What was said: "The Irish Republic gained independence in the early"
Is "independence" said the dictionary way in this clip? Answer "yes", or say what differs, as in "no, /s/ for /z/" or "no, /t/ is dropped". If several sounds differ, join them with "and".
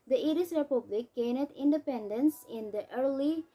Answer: yes